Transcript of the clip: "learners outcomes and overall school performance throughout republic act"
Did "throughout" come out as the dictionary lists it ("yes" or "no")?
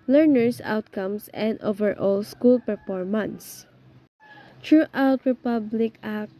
no